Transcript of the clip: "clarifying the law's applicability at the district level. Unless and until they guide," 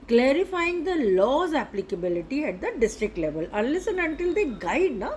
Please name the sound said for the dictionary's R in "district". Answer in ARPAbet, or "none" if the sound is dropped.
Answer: R